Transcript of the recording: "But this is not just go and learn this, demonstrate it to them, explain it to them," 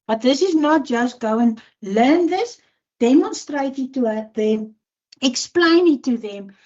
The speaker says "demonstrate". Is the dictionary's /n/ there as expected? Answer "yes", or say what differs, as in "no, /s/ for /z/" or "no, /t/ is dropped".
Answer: yes